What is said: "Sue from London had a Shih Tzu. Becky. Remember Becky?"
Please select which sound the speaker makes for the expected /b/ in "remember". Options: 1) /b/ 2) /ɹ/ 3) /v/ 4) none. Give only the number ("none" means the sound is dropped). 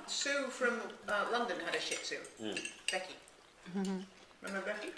4